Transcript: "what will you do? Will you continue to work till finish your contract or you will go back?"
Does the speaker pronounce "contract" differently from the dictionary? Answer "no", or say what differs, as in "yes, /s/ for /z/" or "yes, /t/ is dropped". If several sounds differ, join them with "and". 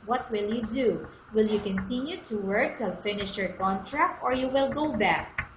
no